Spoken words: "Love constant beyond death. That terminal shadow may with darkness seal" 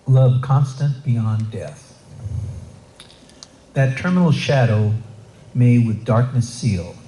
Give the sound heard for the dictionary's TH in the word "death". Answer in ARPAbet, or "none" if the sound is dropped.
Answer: TH